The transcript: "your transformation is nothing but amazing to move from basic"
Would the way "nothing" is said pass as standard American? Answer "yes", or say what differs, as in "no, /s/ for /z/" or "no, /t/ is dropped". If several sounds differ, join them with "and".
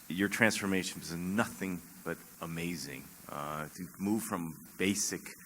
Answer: yes